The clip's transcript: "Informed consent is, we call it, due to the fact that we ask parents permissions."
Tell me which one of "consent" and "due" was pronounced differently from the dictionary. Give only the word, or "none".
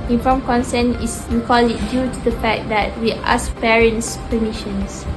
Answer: consent